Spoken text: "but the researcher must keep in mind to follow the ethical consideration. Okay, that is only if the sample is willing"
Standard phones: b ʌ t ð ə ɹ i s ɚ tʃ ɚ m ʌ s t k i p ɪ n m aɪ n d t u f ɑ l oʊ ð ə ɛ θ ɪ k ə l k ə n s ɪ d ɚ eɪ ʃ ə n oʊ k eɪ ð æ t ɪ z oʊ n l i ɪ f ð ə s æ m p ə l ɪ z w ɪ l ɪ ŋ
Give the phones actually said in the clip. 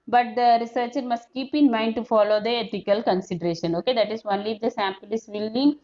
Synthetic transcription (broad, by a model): b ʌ t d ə ɹ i s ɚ tʃ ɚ m ʌ s t k i p ɪ n m aɪ n d t u f ɑ l oʊ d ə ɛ t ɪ k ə l k ə n s ɪ d ɚ eɪ ʃ ə n oʊ k eɪ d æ t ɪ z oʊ n l i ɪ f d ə s æ m p ə l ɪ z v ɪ l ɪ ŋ